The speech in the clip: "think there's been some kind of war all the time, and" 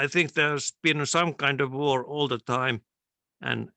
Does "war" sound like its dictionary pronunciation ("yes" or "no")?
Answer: yes